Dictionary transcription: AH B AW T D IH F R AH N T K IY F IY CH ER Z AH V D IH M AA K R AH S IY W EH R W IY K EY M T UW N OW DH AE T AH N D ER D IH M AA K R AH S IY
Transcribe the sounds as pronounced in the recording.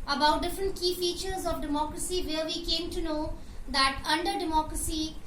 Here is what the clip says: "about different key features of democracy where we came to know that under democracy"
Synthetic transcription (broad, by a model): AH B AW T D IH F R AH N T K IY F IY CH ER Z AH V D IH M AA K R AH S IY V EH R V IY K EY M T UW N OW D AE T AH N D ER D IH M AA K R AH S IY